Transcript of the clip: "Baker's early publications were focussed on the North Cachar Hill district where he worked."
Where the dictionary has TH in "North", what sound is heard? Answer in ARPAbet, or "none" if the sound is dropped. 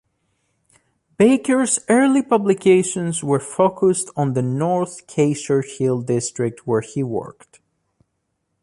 TH